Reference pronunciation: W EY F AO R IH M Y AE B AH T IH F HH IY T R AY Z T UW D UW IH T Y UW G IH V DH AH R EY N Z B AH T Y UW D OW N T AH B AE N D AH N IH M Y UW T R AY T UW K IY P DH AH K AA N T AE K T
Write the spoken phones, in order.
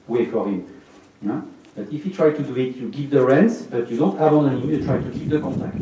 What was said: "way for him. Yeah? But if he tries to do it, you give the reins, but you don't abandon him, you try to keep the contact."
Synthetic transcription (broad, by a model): W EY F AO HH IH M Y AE B AH T IH F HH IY T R AY T UW D UW IH T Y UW G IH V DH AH R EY N S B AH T Y UW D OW N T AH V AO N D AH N IH M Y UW T R AY T UW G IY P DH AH K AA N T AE K T